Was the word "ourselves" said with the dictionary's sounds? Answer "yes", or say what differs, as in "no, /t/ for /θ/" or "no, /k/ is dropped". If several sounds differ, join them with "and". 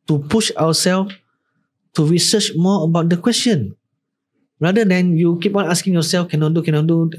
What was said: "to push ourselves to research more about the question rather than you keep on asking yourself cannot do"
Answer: no, /w/ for /ɹ/